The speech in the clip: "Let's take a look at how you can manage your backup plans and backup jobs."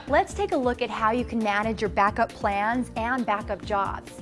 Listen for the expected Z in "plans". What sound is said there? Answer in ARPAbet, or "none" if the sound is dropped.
Z